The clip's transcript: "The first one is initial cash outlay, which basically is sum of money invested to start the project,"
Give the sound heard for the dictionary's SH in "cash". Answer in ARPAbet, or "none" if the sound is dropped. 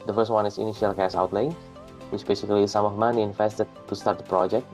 S